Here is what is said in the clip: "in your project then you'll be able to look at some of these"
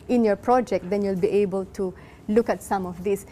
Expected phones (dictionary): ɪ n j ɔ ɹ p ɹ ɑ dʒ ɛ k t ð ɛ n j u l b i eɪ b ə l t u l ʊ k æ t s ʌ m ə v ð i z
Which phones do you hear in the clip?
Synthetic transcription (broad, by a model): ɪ n j ɔ ɹ p ɹ ɑ dʒ ɛ k t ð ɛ n j u l b i eɪ b ə l t u l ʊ k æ t s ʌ m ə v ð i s